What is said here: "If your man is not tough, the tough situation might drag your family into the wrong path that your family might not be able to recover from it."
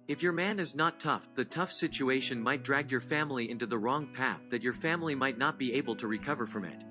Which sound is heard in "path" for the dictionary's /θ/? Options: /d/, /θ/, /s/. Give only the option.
/θ/